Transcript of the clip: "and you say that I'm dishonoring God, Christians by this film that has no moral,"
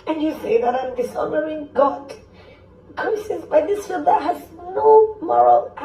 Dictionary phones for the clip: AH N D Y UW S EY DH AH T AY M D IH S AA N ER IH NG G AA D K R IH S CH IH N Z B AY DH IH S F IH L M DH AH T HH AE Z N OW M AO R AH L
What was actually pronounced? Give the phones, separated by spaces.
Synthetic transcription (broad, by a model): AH N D Y UW S EY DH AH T AY M D IH S AA N ER IH NG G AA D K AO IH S IH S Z B AY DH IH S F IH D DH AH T HH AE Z N OW M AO R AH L